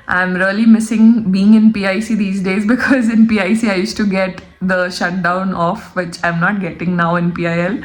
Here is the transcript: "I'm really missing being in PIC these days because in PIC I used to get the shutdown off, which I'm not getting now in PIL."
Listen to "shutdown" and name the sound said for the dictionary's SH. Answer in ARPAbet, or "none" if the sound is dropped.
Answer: SH